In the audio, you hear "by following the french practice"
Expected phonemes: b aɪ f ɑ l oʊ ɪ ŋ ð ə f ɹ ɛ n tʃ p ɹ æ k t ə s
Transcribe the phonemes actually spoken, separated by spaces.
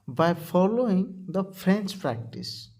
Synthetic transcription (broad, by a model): b aɪ f ɑ l oʊ ɪ ŋ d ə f ɹ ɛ n s p ɹ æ k t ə s